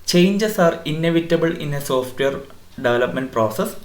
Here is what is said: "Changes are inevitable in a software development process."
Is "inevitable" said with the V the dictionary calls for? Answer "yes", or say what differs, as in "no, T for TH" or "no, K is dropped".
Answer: yes